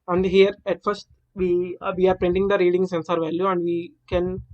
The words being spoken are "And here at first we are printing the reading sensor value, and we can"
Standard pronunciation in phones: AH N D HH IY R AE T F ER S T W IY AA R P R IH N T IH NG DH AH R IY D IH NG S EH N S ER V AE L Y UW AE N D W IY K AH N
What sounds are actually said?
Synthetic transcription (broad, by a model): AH N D HH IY R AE T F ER S T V IY AA R P R IH N T IH NG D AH R IY D IH NG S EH N S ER V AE L Y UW AE N D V IY K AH N